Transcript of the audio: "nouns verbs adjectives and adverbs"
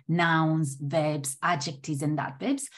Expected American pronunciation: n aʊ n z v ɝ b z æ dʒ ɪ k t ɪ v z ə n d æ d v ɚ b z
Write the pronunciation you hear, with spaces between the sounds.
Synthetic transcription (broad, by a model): n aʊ n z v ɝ b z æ dʒ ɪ k t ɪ z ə n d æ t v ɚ b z